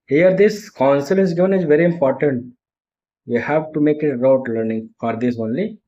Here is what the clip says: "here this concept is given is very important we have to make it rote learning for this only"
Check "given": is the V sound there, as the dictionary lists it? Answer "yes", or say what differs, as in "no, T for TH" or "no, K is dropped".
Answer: yes